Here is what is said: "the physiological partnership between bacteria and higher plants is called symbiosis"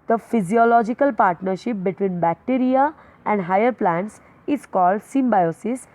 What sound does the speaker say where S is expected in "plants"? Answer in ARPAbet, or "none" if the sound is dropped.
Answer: S